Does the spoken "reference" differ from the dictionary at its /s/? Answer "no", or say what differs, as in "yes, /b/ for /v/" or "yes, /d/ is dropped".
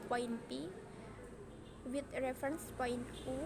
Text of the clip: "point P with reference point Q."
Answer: no